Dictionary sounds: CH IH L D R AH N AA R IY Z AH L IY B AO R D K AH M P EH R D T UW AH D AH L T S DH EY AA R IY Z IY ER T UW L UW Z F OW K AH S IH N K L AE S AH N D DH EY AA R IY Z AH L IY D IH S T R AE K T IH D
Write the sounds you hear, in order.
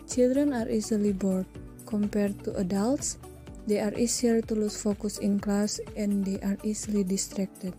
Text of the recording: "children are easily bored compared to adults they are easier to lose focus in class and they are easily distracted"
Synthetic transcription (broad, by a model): CH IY L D R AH N AA R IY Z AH L IY B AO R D K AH M P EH R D T UW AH D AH L T S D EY AA R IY S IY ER T UW L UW S F OW K AH S IH N K L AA S AH N D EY AA R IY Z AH L IY D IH S T R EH K T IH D